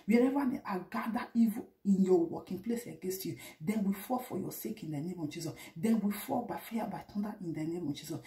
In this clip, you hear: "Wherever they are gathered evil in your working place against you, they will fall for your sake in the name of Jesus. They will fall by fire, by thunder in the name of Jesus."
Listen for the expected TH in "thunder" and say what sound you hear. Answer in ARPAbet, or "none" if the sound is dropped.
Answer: T